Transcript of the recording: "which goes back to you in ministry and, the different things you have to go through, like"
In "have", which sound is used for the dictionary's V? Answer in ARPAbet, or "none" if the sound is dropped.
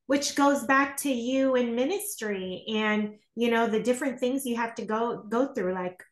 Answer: F